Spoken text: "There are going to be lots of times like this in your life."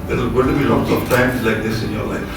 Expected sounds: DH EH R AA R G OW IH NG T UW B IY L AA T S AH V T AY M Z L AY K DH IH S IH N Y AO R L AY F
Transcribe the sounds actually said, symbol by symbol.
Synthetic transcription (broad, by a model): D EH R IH L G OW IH T UW B IY L AA T S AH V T AY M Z L AY K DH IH S IH N Y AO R L AY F